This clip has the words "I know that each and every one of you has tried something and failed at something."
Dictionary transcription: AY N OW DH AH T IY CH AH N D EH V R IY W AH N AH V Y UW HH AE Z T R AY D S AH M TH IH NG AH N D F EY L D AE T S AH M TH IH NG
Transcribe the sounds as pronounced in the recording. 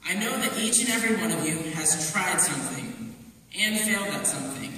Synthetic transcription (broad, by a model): AY N OW DH AH T IY CH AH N EH V R IY W AH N AH V Y UW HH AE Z T R AY D S AH M TH IH NG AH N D F EY L D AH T S AH M TH IH NG